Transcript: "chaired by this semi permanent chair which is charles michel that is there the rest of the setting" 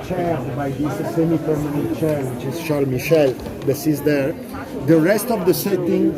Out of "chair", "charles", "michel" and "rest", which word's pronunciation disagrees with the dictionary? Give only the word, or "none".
charles